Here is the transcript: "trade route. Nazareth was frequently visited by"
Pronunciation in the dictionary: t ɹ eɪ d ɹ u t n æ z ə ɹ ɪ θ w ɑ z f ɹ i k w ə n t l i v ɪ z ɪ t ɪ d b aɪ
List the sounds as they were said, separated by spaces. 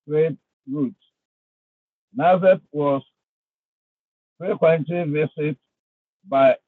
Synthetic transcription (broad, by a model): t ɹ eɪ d ɹ u t n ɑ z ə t w ɑ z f ɹ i k w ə n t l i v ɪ s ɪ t b aɪ